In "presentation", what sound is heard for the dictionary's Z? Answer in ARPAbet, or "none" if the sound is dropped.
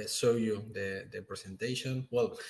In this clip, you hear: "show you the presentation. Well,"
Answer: S